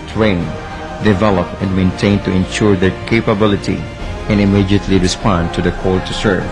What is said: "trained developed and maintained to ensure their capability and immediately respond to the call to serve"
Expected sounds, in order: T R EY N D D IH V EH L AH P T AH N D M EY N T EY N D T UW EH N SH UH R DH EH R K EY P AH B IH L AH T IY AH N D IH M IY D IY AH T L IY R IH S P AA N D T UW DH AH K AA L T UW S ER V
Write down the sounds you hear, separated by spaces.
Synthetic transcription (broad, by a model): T R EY N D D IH V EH L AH P AH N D M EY N T EY N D T UW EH N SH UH R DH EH R K EY P AH B IH L AH T IY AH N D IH M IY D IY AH T L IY R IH S P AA N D T UW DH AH K AA L T UW S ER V